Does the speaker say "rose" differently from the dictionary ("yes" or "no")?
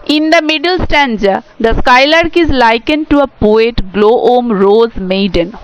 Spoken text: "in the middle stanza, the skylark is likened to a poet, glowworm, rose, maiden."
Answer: no